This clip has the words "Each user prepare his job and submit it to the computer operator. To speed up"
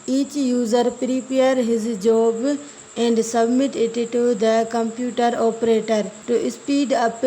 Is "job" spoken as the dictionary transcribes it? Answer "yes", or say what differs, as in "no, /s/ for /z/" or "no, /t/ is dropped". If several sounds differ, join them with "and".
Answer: yes